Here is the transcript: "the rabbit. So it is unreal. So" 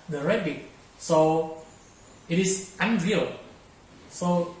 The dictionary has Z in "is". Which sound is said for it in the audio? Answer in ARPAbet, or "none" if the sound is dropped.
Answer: S